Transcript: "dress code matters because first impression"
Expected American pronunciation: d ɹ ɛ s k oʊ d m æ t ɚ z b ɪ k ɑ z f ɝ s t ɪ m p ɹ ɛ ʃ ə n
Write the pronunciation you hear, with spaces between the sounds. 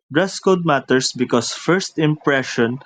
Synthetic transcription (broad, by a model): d ɹ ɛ s k oʊ d m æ t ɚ s b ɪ k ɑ s f ɝ s t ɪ m p ɹ ɛ ʃ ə n